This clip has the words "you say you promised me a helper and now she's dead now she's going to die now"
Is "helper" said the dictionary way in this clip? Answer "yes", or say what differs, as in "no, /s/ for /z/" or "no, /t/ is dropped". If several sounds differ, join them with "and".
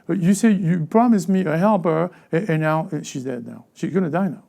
yes